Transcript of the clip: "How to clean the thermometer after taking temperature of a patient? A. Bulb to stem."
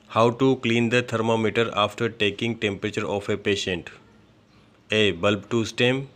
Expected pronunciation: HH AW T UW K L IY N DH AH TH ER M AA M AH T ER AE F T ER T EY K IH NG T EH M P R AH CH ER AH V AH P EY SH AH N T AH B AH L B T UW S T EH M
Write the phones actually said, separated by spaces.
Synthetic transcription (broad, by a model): HH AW T UW K L IY N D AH T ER M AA M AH T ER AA F T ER T EY K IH NG T EH M P R AH CH ER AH F AH P EY SH AH N T AH B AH L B T UW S T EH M